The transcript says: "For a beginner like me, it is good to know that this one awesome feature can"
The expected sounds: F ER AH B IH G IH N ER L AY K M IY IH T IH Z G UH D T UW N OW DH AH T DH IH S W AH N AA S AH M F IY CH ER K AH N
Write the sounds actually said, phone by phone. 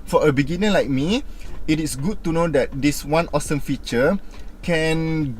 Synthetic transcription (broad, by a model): F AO AH B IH G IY N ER L AY K M IY IH T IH S G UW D T UW N OW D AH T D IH S W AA N AA S AH M F IY CH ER K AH N